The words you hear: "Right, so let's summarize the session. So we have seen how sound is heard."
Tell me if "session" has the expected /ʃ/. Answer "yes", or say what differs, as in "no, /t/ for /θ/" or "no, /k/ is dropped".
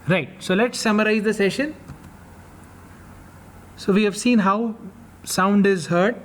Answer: yes